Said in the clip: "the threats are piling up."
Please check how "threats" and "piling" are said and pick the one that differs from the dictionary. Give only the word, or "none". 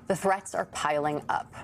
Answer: none